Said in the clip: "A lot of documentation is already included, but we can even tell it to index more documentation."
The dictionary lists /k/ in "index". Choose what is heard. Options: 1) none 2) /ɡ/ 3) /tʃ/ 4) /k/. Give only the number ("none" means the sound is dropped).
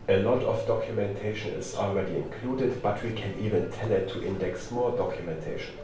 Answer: 4